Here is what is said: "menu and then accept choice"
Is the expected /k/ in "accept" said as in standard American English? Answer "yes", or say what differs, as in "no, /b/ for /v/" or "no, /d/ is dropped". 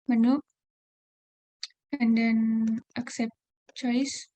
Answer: yes